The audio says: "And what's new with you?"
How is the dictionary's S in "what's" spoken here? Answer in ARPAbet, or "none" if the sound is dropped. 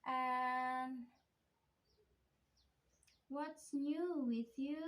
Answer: S